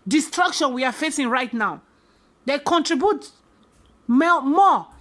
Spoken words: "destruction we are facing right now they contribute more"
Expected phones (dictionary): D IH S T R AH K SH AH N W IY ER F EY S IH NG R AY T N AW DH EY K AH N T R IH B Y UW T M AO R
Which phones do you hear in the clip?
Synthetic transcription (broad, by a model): D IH S T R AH K SH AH N W IY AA F EY S IH NG R AY T N AW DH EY K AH N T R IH B Y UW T M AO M